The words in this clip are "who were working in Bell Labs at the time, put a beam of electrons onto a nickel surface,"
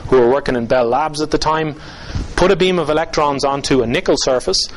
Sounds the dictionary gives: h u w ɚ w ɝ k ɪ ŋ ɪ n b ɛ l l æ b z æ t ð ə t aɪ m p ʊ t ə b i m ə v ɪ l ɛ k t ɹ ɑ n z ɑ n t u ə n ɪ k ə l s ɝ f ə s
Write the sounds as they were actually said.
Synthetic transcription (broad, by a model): h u w ɚ w ɝ k ɪ ŋ ɪ n b ɛ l l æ b z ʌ t ð ə t aɪ m p ʊ t ə b i m ə v ɪ l ɛ k t ɹ ɑ n z ɑ n t u ə n ɪ k ə l s ɝ f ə s